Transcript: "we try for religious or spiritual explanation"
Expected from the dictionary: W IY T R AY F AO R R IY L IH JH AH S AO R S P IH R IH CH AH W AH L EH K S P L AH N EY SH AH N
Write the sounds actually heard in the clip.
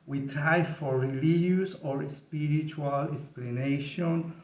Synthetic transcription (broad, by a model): W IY T R AY F AO R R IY L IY AH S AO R S P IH R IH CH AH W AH L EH K S P L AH N EY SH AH N